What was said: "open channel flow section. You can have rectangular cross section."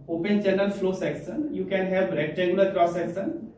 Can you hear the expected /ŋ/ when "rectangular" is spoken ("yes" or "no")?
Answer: no